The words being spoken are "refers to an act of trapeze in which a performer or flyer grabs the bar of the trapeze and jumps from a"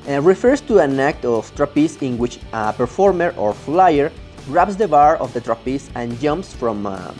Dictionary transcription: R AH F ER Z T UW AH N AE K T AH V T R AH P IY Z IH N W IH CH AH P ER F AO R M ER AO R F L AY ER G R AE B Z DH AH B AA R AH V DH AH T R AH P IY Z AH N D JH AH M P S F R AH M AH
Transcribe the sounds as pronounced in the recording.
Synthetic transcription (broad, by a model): R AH F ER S T UW AH N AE K T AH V T R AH P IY S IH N W IH CH AH P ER F AO R M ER AO R F L AY ER R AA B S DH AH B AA R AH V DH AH T R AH P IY S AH N JH AH M P S F R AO M